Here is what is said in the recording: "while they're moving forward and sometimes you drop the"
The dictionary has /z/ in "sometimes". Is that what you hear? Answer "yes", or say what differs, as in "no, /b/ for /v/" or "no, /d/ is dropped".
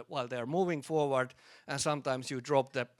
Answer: no, /s/ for /z/